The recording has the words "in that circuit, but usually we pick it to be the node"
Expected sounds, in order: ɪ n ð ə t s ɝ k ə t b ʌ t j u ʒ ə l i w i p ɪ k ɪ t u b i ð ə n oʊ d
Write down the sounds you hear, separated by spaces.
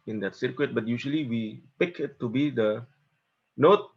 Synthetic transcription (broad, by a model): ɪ n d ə t s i k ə t b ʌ t j u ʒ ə l i w i p ɪ k ɪ t u b i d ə n oʊ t